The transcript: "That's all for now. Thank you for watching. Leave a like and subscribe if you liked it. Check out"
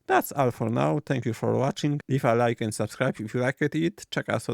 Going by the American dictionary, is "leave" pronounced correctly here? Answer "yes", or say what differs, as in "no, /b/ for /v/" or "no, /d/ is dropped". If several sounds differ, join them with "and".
no, /f/ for /v/